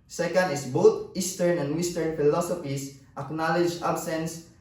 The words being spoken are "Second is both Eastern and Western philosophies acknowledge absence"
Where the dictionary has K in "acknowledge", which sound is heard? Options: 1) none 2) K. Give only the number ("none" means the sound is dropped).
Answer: 2